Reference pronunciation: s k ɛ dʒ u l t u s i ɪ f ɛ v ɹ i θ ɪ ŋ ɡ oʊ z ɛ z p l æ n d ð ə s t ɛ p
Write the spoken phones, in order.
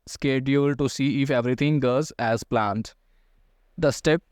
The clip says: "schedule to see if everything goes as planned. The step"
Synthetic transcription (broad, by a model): s k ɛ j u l t u s i ɪ f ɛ v ɹ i t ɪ ŋ ɡ oʊ z ɛ z p l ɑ n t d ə s t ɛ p